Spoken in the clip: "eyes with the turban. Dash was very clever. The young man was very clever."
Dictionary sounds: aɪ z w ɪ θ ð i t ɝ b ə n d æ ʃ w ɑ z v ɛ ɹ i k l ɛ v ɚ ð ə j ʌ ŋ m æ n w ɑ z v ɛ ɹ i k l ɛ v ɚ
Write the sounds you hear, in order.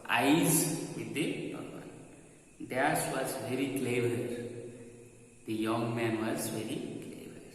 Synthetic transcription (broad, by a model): aɪ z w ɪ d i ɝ ə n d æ s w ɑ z v ɛ ɹ i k l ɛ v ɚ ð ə j ʌ ŋ m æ n w ɑ z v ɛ ɹ i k l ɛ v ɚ